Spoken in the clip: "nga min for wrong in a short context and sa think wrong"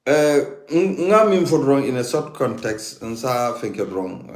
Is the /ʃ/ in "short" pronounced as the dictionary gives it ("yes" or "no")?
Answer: no